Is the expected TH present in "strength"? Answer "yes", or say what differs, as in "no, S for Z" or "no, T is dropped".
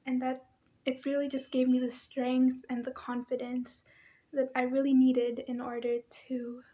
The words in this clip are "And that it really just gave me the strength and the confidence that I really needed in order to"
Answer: yes